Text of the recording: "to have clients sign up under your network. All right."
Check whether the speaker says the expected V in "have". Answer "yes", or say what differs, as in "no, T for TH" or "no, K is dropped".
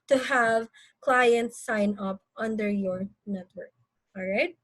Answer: yes